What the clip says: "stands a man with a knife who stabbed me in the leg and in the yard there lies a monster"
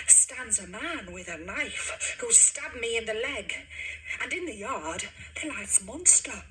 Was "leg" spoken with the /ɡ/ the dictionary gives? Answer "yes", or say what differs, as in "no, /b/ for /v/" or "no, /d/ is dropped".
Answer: yes